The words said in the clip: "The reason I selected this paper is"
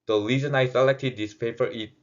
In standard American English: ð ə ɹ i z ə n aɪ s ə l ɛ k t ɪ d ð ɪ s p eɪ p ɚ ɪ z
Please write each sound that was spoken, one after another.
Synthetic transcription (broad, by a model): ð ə l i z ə n aɪ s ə l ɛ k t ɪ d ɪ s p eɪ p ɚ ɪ